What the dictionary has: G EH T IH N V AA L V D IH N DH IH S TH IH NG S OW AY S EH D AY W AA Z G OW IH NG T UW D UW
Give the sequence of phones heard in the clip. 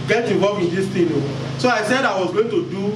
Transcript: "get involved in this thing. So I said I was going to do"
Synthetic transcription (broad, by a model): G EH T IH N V AA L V IH N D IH S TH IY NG S OW AY S EH D AY W AA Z G OW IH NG T UW D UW